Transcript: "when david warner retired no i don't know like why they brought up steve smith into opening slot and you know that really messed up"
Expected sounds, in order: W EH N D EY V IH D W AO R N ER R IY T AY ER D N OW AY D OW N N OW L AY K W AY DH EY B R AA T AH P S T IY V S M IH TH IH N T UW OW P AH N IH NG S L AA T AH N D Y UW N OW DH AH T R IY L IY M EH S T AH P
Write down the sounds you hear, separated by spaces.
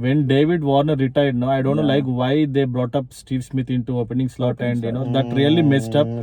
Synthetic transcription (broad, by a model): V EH N D EY V IH D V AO R N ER R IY T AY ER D N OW AY D OW N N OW L AY K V AY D EY B R AA T AH P S T IY V S M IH T IH N T UW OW P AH N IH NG S L AA T AH N D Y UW N OW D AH T R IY L IY M EH S T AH P